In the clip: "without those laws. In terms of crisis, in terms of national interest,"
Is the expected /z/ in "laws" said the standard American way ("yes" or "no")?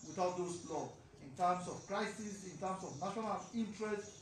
no